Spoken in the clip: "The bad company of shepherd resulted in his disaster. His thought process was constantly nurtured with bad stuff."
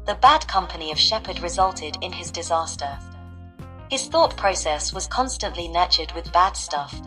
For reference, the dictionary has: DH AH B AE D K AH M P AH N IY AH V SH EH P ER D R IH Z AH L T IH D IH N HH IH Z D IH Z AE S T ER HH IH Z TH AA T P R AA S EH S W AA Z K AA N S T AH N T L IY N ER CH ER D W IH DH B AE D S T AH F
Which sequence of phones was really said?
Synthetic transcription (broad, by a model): DH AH B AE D K AH M P AH N IY AH V SH EH P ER D R IH Z AH L T IH D IH N IH Z D IH Z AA S T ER HH IH Z TH AA T P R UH S EH S W AA Z K AA N S T AH N T L IY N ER CH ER D W IH DH B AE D S T AH F